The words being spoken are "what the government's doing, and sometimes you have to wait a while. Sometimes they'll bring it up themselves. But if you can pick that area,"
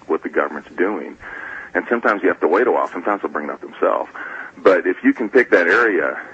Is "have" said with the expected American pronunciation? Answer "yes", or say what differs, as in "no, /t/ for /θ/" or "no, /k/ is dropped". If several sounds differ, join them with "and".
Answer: no, /f/ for /v/